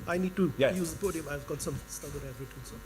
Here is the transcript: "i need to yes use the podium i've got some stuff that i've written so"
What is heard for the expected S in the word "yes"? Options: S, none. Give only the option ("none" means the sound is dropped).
none